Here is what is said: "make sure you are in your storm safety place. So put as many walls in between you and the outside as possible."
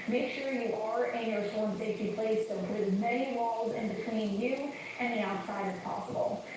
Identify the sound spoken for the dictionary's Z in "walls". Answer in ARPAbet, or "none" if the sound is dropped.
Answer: Z